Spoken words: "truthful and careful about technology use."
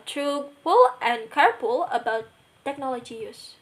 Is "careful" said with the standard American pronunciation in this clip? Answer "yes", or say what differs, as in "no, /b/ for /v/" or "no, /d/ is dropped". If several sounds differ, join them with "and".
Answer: no, /p/ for /f/